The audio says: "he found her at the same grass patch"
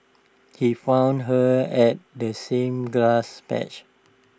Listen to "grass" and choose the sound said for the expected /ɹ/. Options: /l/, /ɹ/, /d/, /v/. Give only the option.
/l/